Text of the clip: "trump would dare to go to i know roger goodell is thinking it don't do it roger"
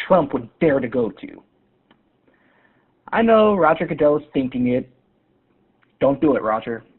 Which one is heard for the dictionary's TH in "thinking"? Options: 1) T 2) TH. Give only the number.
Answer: 2